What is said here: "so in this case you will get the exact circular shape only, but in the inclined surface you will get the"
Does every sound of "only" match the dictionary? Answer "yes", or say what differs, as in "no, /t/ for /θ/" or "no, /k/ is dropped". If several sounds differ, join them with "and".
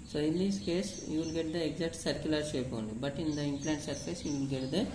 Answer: no, /l/ is dropped